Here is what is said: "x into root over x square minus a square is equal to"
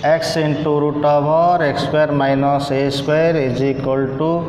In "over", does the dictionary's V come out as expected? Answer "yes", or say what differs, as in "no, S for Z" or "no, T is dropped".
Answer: no, B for V